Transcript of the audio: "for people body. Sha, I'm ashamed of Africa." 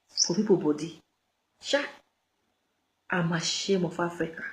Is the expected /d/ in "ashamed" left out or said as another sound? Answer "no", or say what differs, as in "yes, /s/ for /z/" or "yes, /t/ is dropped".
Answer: yes, /d/ is dropped